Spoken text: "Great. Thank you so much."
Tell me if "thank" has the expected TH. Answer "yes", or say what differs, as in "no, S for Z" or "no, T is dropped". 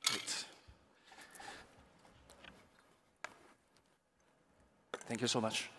yes